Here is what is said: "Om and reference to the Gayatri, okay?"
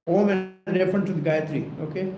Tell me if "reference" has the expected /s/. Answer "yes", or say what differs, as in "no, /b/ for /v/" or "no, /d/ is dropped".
no, /s/ is dropped